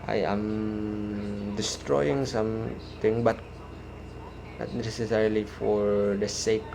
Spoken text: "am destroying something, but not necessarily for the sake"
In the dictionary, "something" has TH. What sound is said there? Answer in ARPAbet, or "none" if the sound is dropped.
T